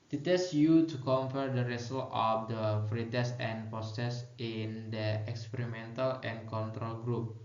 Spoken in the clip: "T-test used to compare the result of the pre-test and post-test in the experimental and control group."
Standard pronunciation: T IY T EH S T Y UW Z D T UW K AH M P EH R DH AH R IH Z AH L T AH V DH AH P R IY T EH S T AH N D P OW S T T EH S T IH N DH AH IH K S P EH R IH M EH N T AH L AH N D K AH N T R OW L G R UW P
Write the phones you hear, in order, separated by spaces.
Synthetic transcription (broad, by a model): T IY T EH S Y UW T UW K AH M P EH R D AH R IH S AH L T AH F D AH F R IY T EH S AH N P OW S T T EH S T IH N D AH IH K S P EH R IH M EH N T AH L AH N K AH N T R OW L G R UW P